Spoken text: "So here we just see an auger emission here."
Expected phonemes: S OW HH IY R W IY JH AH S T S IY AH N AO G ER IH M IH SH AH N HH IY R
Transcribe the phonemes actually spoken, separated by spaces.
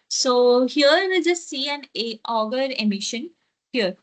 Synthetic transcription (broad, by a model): S OW HH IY R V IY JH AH S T S IY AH N AO G ER IH M IH SH AH N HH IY R